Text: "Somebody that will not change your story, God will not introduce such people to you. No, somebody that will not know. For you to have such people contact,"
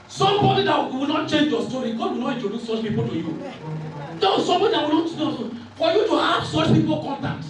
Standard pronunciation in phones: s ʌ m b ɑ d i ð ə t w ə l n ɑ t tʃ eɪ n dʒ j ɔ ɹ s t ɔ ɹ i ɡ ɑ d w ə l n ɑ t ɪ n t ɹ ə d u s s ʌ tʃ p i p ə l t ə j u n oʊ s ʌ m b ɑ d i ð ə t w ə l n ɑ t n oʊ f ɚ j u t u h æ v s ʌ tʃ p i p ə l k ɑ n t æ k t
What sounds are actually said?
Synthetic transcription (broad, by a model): s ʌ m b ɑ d i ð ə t w ə l n ɑ t tʃ eɪ n dʒ j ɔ s t ɔ ɹ i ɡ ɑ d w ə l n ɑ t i t ə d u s s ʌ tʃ p i p ə l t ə j u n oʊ s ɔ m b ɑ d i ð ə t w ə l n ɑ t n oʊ f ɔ j u t u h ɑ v s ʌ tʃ p i p ə l k ɑ n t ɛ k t